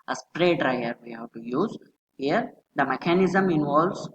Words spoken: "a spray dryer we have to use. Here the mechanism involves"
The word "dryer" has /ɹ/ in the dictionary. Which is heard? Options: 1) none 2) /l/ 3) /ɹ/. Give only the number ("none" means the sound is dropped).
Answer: 3